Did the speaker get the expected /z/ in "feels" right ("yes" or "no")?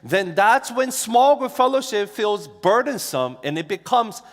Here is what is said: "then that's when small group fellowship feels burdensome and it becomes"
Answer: yes